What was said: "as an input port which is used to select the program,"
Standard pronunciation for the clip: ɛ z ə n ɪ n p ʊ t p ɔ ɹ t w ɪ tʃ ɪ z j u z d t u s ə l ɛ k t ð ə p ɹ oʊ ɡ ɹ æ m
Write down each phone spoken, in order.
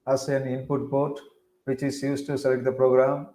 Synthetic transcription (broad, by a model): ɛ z ə n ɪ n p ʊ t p ɔ ɹ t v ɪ tʃ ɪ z j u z t u s ə l ɛ k t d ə p ɹ oʊ ɡ ɹ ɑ m